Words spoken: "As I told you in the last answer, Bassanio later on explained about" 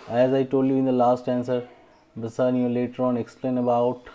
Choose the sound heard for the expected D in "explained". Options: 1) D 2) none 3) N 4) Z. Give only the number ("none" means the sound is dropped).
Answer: 2